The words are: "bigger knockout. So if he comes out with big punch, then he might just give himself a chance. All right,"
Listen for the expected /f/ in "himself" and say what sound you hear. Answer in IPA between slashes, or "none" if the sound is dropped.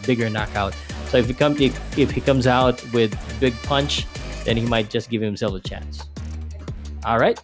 none